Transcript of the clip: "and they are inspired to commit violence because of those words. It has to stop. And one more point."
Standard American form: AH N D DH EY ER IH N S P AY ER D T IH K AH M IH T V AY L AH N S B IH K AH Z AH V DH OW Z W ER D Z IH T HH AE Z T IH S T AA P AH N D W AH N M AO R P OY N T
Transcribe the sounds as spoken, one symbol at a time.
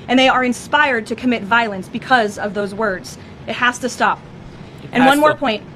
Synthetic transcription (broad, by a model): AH N DH EY ER IH N S P AY ER D T IH K AH M IH T V AY L AH N S B IH K AH Z AH V DH OW Z W ER D Z IH T HH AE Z T IH S T AA P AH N W AH N M AO R P OY N T